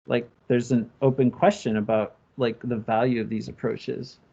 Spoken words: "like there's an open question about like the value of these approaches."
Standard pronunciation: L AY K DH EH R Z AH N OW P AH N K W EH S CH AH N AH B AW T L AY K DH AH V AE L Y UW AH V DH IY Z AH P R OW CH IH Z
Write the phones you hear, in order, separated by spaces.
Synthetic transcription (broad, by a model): L AY K DH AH R Z AH N OW P AH N K W EH S CH AH N AH B AW T L AY K DH AH V AE L Y UW AH V DH IY Z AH P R OW CH IH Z